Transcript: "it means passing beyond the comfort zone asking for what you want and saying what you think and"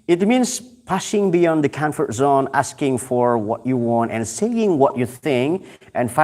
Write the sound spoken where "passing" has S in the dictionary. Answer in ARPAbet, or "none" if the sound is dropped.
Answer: SH